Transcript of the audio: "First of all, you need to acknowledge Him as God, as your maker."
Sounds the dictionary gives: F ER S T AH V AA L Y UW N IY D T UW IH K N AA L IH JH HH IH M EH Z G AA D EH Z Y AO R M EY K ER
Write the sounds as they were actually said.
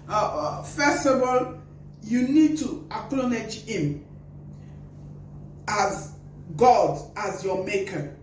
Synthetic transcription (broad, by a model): F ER S T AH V AA L Y UW N IY D T UW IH K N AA N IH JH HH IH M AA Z G AA D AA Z Y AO M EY K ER